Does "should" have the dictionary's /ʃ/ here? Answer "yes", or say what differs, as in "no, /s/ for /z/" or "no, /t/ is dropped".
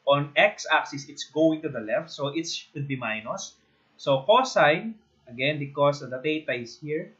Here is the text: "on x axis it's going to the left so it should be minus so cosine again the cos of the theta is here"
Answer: no, /s/ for /ʃ/